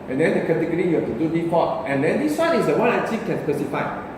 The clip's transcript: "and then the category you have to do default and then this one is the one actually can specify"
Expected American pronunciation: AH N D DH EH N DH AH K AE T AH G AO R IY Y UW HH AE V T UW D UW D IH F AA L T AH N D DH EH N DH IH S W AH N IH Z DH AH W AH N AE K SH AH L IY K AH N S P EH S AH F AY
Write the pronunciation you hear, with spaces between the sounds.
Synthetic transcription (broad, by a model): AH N D EH N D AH K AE T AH G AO R IY Y UW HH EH F T UW D UW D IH P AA T AH N D EH N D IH S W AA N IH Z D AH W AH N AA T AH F K AH N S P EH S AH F AY